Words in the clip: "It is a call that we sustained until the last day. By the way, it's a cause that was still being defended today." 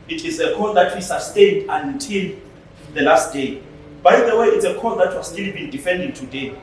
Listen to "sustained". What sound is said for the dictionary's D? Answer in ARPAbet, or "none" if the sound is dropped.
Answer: D